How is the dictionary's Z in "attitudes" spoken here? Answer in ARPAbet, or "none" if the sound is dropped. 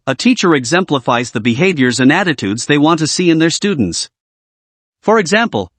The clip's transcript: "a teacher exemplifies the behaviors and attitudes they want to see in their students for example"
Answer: Z